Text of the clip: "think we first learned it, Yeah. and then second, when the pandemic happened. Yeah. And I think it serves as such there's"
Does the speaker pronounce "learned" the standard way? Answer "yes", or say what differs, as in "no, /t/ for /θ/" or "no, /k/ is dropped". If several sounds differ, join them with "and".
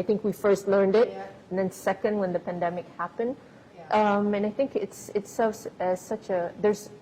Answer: yes